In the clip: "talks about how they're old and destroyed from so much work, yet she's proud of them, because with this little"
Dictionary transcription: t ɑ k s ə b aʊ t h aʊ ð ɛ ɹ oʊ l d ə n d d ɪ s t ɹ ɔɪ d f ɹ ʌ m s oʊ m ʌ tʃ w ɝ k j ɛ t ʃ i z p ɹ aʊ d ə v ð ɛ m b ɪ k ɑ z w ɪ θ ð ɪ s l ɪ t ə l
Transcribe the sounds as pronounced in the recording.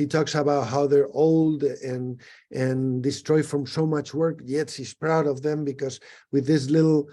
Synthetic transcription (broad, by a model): t ɑ k s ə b aʊ t h aʊ ð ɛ ɹ oʊ l d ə n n d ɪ s t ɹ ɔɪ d f ɹ ʌ m s oʊ m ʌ tʃ w ɝ k j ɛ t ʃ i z p ɹ aʊ d ə v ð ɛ m b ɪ k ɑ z w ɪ ð ɪ s l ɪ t l